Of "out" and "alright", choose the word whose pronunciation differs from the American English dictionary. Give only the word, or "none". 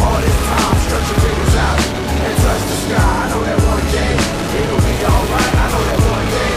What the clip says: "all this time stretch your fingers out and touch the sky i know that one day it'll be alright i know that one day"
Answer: none